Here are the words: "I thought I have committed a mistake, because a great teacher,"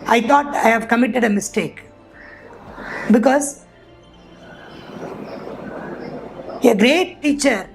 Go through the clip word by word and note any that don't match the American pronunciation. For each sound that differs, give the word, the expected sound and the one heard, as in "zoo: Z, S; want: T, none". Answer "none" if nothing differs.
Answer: thought: TH, T